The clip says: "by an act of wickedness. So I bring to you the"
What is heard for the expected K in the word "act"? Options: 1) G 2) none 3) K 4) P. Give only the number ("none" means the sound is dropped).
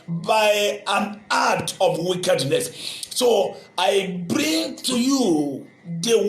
2